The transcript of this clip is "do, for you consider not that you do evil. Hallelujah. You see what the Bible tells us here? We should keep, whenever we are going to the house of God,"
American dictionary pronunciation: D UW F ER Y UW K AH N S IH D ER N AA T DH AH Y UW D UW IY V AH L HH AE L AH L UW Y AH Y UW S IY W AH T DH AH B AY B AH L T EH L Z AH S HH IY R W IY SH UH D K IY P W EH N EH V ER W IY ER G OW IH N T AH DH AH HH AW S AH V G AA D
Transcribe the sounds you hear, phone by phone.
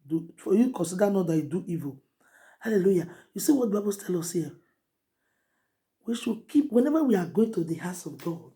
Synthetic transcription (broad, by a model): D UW F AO Y UW K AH N S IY D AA N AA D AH Y UW D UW IY V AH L HH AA L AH L UW Y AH Y UW S IY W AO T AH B AY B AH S T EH L AO S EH W IY SH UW K IY P W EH N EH V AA W IY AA G OW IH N T AH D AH HH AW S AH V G AA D